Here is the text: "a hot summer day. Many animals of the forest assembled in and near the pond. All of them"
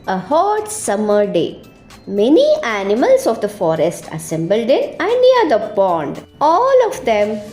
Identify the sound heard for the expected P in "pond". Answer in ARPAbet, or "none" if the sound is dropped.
B